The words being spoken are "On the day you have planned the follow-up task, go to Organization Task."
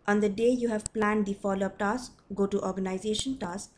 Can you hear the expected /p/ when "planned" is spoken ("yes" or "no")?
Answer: yes